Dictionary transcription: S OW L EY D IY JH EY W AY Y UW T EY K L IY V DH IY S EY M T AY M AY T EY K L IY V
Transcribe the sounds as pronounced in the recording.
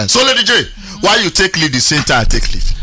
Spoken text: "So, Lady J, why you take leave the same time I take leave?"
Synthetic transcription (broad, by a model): S OW L EY D IY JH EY W AY Y UW T EY K L IY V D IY S EY M T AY AY T EY K L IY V